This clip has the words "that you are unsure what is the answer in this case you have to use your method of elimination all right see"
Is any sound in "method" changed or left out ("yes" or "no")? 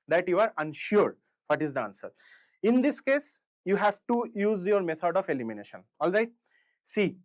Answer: yes